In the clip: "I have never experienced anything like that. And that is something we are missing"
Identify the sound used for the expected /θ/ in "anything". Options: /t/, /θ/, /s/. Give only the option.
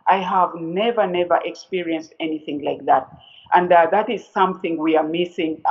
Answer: /θ/